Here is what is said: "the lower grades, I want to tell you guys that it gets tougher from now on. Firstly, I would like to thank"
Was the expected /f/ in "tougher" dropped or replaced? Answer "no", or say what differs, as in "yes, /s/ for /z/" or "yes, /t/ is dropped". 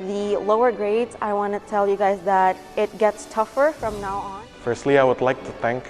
no